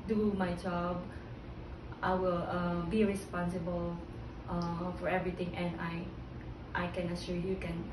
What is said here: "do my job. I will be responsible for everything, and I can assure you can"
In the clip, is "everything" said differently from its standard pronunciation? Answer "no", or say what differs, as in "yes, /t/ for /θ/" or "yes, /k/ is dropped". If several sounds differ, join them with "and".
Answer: yes, /t/ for /θ/